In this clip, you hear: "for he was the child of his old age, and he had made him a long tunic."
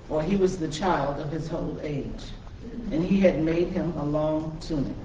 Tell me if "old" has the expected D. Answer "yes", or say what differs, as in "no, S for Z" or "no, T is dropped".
no, D is dropped